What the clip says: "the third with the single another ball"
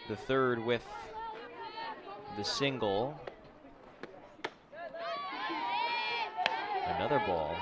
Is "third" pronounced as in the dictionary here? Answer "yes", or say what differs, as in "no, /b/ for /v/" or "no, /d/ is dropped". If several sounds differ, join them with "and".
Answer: yes